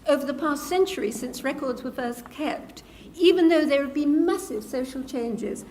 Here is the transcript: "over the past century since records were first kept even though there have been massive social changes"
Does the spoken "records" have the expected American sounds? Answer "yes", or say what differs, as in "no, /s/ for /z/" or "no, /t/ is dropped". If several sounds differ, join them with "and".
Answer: yes